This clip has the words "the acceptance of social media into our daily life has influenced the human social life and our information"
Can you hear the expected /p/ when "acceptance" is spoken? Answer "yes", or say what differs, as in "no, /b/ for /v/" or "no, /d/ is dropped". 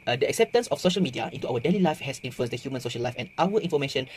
yes